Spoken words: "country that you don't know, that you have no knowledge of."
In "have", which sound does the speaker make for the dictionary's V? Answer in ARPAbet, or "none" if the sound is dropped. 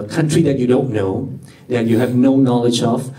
V